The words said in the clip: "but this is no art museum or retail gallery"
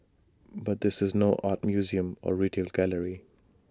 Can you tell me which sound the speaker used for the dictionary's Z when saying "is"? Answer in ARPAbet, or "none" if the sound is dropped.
Z